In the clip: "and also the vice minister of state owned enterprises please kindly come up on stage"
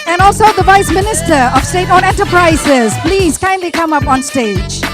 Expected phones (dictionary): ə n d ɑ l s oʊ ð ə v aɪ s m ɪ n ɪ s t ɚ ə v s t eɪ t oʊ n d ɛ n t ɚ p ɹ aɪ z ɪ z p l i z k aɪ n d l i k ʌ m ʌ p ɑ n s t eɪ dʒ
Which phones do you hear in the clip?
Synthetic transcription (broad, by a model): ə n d ɑ l s oʊ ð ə v aɪ s m ɪ n ɪ s t ɚ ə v s t eɪ t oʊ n ɛ n t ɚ p ɹ aɪ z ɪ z p l i z k aɪ n d l i k ʌ m ʌ p ɑ n s t eɪ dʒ